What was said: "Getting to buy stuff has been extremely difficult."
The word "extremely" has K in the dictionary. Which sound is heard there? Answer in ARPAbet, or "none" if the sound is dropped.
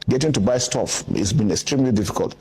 K